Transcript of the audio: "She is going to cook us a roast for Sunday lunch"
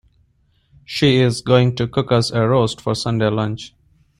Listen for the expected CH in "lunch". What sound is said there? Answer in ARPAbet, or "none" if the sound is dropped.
CH